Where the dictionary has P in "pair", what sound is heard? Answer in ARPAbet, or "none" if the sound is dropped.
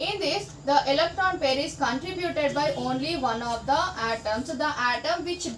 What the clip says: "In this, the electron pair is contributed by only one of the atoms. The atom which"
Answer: P